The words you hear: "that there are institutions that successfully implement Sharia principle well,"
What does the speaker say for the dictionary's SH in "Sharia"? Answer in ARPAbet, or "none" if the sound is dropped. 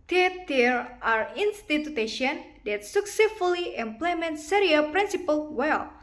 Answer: S